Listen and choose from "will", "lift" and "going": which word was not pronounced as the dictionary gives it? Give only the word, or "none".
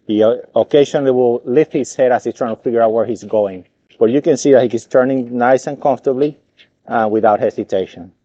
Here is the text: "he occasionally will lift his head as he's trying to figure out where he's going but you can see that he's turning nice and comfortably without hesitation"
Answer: none